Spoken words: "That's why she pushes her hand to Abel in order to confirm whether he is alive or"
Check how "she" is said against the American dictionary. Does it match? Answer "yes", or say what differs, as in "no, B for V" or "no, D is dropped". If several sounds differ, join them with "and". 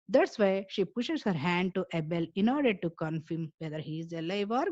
yes